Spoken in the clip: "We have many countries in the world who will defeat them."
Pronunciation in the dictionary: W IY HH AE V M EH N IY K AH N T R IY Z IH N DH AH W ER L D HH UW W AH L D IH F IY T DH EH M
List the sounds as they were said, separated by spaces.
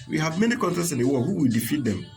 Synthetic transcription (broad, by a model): W IY HH AE V M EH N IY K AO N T IY S IH N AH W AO HH UW W AH L D IH F IY T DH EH M